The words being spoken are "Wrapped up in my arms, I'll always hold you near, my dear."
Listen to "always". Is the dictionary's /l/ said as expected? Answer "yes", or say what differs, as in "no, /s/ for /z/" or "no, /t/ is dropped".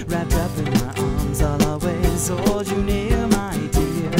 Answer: no, /l/ is dropped